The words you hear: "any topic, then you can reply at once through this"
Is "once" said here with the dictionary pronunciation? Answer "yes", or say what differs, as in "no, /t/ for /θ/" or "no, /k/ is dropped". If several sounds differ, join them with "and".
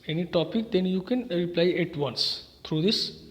yes